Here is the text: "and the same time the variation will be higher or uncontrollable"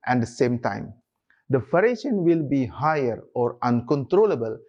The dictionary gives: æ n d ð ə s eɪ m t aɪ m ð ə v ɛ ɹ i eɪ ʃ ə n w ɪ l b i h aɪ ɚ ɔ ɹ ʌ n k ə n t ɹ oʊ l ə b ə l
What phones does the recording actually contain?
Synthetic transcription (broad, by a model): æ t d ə s eɪ m t aɪ m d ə f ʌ ɹ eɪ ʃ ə n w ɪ l b i h aɪ ɚ ɔ ɹ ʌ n k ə n t ɹ oʊ l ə b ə l